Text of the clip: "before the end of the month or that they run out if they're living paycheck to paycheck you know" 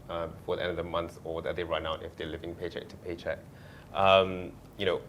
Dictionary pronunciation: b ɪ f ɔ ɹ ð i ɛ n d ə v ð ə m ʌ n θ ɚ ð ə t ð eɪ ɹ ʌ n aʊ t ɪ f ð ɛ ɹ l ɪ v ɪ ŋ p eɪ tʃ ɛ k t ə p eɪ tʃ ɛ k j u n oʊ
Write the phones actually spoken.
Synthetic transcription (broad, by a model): b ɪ f ɔ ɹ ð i ɛ n d ə v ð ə m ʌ n s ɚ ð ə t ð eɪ ɹ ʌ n aʊ t ɪ f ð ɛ l ɪ v ɪ ŋ p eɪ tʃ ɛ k t ə p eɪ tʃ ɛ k j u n oʊ